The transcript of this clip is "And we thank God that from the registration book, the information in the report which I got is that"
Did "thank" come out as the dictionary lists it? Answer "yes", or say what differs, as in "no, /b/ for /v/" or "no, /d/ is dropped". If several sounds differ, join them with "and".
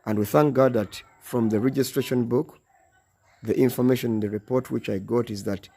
yes